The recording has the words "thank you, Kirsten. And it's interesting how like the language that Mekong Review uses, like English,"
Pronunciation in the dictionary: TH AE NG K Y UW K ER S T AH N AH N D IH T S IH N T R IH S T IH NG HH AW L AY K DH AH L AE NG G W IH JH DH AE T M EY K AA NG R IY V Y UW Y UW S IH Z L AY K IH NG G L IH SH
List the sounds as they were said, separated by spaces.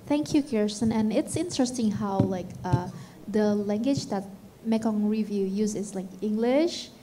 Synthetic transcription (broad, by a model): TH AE NG K Y UW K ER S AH N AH N IH T S IH N T R IH S T IH NG HH AW L AY K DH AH L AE NG G W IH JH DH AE T M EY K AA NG R IY V Y UW Y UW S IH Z L AY K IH NG G L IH SH